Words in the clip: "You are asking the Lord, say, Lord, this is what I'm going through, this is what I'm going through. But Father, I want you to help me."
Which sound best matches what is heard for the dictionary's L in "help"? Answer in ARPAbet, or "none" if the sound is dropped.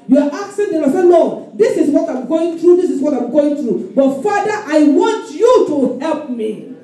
L